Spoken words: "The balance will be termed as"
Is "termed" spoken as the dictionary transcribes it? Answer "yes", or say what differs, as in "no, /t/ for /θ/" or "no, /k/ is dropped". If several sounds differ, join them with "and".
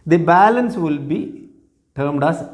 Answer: yes